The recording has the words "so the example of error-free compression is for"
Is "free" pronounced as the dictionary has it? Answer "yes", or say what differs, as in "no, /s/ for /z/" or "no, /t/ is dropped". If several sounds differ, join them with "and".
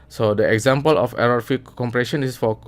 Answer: no, /ɹ/ is dropped